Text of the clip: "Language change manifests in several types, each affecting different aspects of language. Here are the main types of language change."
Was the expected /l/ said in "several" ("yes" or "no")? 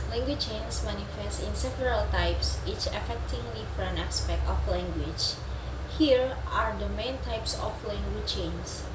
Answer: yes